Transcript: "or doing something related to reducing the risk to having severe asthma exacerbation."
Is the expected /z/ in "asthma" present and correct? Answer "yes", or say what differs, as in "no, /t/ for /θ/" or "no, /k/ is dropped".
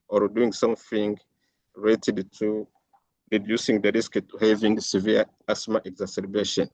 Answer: no, /s/ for /z/